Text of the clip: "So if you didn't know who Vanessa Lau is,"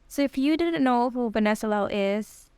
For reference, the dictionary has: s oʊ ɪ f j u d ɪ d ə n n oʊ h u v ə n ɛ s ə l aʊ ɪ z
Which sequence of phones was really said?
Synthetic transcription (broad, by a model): s oʊ ɪ f j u d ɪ d n n oʊ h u b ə n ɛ s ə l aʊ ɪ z